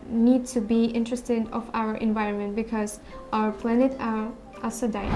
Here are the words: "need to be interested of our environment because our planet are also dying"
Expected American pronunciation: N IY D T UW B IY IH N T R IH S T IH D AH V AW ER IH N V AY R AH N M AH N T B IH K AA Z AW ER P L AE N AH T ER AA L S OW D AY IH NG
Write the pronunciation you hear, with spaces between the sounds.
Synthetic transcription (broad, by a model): N IY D T UW B IY IH N T R IH S T IH D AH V AW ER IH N V AY R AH N M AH N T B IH K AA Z AW ER P L AE N AH T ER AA S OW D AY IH